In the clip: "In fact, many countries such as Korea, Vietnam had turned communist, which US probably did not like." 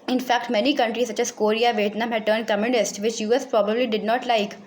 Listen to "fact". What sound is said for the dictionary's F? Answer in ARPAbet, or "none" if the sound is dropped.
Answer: F